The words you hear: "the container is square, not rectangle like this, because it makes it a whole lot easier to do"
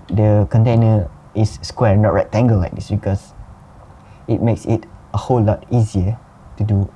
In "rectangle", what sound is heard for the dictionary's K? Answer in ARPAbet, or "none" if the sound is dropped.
none